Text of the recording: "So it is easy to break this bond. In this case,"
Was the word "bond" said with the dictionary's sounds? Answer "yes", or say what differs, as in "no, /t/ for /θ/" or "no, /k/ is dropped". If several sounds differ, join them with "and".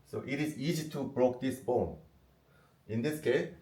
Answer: no, /d/ is dropped